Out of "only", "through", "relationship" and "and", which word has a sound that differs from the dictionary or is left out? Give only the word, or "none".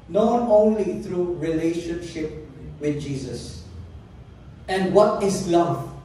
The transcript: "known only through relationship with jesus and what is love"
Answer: through